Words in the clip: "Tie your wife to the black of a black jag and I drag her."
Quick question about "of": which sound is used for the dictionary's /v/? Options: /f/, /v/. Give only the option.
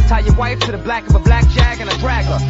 /v/